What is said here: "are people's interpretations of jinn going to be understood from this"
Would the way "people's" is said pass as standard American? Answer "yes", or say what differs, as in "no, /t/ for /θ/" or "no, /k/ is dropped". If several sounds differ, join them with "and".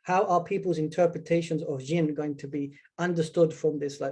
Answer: yes